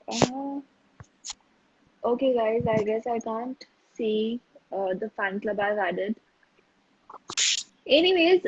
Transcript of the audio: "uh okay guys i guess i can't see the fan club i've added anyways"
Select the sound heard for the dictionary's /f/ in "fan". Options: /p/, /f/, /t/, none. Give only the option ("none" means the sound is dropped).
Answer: /f/